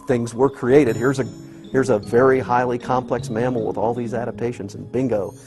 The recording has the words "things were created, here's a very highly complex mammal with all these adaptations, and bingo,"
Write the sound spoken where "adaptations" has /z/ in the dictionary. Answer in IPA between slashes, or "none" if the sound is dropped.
/z/